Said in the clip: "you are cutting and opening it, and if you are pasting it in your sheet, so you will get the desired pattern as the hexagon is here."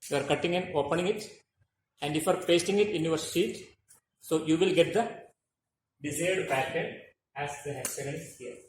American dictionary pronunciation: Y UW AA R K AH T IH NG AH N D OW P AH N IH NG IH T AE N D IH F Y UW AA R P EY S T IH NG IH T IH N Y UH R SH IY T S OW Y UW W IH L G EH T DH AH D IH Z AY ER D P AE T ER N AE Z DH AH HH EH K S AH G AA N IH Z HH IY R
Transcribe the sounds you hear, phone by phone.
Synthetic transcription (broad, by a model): Y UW AA R K AH T IH NG AH N D OW P AH N IH NG IH T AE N D IH F Y UW AA R P EY S T IH NG IH T IH N Y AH R S IY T S OW Y UW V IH L G EH T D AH D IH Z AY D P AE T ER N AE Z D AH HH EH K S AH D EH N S HH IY R